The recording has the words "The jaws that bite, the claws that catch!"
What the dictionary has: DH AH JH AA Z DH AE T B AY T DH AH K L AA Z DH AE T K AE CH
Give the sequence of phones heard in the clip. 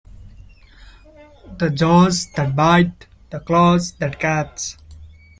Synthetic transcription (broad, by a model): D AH JH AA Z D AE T B AY T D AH K L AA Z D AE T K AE S